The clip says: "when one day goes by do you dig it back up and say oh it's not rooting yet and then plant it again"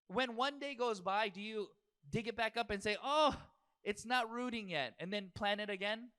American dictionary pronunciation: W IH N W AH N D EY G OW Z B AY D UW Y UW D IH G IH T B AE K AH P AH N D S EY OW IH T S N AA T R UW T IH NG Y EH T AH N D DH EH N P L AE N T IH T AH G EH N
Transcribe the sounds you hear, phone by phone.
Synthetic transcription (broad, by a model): W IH N W AH N D EY G OW Z B AY D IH Y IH D IH G IH T B AE K AH P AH N S EY OW IH T S N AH T R UW T IH NG Y EH T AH N DH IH N P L AE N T IH T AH G EH N